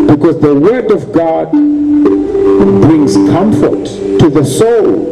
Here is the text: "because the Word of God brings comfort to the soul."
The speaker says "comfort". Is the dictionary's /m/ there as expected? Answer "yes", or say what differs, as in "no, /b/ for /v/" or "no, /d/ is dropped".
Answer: yes